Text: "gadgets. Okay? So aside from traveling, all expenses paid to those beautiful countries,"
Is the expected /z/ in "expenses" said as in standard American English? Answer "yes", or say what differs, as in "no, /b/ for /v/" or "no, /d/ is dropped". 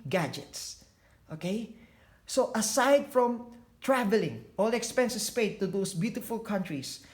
no, /s/ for /z/